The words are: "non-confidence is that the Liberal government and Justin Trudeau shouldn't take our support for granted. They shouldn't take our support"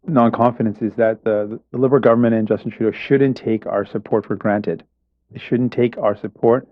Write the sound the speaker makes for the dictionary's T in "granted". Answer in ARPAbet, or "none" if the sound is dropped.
T